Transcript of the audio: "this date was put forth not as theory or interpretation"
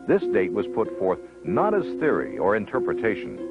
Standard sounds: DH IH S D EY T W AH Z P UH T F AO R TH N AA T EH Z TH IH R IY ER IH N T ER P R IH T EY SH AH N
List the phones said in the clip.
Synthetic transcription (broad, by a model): DH IH S D EY T W AH Z P UH T F AO R TH N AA T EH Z TH IH R IY ER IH N T ER P R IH T EY SH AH N